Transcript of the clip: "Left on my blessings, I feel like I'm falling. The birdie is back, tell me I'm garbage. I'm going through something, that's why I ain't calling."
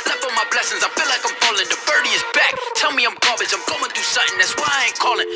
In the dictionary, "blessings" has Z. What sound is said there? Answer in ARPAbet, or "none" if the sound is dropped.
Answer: Z